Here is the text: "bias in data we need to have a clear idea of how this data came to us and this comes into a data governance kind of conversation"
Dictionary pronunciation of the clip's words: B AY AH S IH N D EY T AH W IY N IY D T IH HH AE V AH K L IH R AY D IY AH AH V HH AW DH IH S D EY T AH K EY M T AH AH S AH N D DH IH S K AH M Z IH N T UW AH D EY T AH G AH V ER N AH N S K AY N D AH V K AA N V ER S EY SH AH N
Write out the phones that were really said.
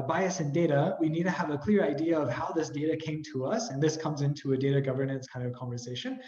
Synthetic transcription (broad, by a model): B AY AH S IH N D EY T AH W IY N IY D T IH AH V AH K L IH R AY D IY AH AH V HH AW DH IH S D EY T AH K EY M T AH AH S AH N DH IH S K AH M Z IH N T UW AH D EY T AH G AH V ER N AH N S K AY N D AH V K AA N V ER S EY SH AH N